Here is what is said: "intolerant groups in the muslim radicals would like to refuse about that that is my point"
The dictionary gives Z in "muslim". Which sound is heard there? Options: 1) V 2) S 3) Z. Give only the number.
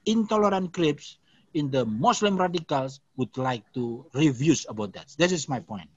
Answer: 2